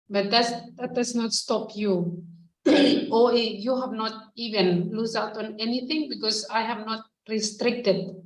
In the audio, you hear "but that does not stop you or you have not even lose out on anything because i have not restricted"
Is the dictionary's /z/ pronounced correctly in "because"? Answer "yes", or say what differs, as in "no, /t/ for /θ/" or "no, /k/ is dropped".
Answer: no, /s/ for /z/